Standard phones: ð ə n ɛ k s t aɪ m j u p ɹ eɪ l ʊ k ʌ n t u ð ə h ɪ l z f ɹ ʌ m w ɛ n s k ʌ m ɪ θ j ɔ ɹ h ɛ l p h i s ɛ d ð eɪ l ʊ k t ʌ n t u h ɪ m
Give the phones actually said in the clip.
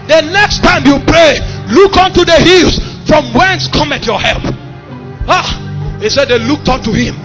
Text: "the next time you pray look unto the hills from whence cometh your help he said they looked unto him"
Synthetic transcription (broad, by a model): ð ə n ɛ k s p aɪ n j u p ɹ eɪ l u k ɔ n t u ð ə h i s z f ɹ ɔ m w ɛ n s k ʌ m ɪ t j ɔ h ɛ l p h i s ɛ d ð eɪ l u k t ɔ n t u h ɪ m